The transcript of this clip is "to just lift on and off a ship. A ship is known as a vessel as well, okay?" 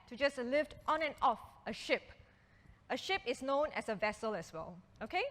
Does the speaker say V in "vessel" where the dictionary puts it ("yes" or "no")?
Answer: yes